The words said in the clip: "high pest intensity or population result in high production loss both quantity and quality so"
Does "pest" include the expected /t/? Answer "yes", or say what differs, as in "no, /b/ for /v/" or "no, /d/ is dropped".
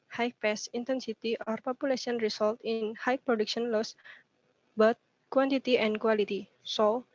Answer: no, /t/ is dropped